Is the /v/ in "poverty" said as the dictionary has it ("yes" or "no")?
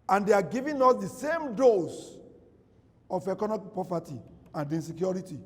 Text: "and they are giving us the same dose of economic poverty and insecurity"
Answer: no